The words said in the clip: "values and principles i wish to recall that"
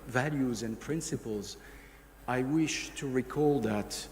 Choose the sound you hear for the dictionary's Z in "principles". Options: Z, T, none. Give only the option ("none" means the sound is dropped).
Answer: Z